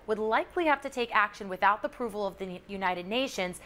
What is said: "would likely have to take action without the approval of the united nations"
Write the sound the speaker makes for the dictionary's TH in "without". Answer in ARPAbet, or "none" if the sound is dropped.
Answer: TH